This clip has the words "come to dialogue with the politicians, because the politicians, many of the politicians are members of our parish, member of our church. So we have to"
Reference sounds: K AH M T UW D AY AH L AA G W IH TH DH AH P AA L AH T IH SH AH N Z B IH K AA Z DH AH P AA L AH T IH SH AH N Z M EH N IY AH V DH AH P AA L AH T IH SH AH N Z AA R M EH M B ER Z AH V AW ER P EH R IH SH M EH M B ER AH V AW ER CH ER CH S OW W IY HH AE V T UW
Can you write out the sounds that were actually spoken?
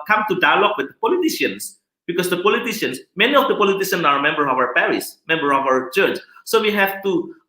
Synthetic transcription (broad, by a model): K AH M T UW D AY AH L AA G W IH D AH P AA L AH T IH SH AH N S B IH K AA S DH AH P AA L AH T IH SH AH N S M EH N IY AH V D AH P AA L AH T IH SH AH N S AA R M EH M B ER AH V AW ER P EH R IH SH M EH M B ER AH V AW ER CH ER CH S OW W IY HH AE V T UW